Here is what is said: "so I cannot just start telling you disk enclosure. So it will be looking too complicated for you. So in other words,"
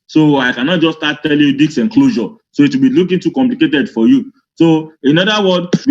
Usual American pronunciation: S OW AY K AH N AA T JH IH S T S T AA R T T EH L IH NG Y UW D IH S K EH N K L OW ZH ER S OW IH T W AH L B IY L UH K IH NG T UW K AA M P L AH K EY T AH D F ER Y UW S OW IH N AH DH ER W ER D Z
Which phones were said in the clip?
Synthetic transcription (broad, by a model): S OW AY K AH N AA T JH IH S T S T AA T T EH L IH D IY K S EH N K L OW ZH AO S OW IH T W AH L B IY L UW K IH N T UW K AA M P L AH K EY T AH D F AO Y UW S OW IH N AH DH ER W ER D